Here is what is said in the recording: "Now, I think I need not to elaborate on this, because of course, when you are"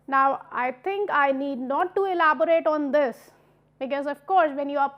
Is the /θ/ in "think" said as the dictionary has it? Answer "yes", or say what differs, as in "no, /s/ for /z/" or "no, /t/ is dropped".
no, /t/ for /θ/